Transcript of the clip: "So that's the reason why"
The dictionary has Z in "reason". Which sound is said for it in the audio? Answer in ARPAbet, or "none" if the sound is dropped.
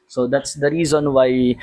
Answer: Z